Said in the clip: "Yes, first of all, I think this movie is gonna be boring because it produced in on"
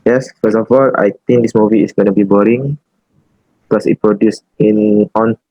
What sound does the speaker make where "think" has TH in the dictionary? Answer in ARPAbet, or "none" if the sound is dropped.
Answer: T